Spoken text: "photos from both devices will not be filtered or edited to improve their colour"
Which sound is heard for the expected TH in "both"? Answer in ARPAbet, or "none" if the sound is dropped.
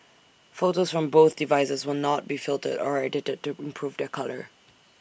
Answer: TH